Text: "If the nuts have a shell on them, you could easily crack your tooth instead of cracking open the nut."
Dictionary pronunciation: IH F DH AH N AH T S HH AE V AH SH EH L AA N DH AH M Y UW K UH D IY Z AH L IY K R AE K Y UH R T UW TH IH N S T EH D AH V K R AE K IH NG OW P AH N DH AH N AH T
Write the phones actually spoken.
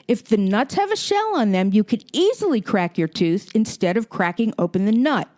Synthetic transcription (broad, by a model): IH F DH AH N AH T S HH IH V AH SH EH L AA N DH AH M Y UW K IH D IY Z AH L IY K R AE K Y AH R T UW TH IH N S T EH D AH V K R AE K IH NG OW P AH N DH AH N AH T